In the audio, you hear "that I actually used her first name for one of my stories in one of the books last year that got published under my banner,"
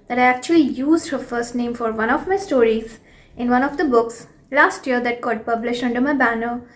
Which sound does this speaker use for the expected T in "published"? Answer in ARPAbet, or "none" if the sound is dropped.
none